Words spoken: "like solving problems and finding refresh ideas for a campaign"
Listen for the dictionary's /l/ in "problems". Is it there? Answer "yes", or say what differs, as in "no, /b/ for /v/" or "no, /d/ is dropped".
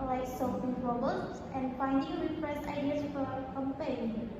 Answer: no, /l/ is dropped